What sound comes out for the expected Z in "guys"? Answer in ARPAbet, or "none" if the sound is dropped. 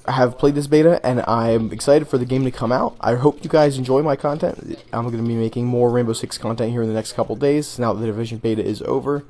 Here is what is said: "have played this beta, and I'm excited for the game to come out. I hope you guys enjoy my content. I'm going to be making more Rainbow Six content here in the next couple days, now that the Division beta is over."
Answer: Z